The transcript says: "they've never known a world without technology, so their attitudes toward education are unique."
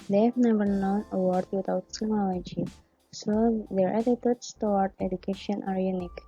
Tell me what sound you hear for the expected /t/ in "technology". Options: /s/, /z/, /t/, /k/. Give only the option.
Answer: /s/